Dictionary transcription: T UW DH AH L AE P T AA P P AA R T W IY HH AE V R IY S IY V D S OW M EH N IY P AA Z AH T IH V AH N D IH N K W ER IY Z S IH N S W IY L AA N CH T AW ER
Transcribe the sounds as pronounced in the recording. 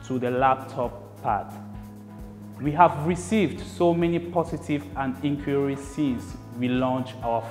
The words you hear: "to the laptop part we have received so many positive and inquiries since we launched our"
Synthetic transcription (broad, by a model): T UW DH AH L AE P T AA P P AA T W IY HH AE V R IY S IY V D S OW M EH N IY P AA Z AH T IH V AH N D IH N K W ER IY S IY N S W IY L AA N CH AW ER